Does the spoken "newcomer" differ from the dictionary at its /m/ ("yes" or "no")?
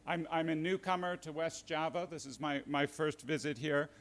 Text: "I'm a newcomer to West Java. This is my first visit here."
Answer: no